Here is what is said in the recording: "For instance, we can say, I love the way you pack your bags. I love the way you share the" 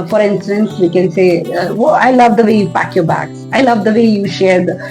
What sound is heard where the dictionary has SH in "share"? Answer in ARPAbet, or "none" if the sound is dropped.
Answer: SH